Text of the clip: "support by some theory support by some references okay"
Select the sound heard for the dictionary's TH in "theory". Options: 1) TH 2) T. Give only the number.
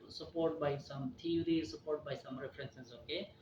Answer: 2